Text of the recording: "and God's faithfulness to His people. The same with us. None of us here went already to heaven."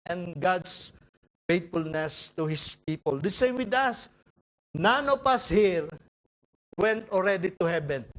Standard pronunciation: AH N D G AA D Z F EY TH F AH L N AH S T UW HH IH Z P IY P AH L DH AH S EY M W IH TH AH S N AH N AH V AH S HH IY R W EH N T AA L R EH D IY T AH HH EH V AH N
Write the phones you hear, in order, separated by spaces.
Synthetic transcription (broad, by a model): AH N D G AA D S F EY T F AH L N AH S T UW HH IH S P IY P AH L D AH S EY M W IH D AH S N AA N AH P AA S HH IY R W EH N T AA L R EH D IY T AH HH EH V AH N